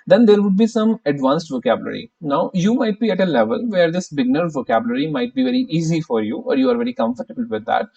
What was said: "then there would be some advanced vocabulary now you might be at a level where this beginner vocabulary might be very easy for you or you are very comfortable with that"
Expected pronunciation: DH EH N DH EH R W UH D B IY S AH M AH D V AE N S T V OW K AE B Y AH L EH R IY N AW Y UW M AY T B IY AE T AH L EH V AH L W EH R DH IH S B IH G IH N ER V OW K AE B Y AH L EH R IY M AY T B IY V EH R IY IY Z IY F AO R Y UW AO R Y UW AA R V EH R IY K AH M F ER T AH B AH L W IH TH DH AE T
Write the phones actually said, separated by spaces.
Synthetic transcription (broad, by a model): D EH N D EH R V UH D B IY S AH M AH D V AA N S T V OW K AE B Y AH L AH R IY N AW Y UW M AY T B IY AE T AH L EH V AH L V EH R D IH S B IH G N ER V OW K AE B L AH R IY M AY T B IY V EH R IY IY Z IY F AO R Y UW AO R Y UW AA R V EH R IY K AH M F ER T AH B AH L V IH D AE T